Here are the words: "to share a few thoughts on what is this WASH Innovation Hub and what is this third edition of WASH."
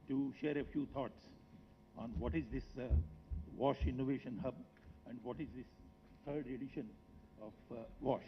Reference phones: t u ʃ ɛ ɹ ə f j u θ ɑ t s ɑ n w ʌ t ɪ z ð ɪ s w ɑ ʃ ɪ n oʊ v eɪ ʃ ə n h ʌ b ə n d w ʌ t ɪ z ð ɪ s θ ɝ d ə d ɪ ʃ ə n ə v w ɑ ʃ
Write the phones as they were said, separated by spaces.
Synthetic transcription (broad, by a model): t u ʃ ɛ ɹ ə f j u t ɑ t s ɑ n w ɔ t ɪ z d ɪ s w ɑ ʃ ɪ n oʊ v eɪ ʃ ə n h ʌ b ə n d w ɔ t ɪ z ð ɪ s t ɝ d ə d ɪ ʃ ə n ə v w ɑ ʃ